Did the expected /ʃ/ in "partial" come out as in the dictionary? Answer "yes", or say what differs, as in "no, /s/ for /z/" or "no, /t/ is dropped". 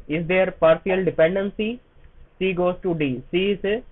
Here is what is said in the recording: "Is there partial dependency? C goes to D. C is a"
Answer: no, /s/ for /ʃ/